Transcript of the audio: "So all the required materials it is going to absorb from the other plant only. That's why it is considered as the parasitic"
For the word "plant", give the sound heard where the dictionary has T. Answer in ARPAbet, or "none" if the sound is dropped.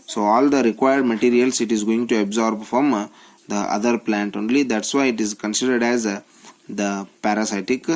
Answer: T